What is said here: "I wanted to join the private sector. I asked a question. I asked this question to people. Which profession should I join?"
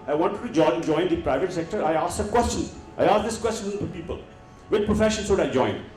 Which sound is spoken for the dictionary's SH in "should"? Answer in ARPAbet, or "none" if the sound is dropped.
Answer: S